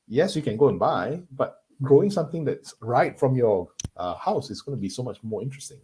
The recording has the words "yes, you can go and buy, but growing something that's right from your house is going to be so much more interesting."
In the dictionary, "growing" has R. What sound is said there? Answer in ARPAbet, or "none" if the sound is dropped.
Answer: none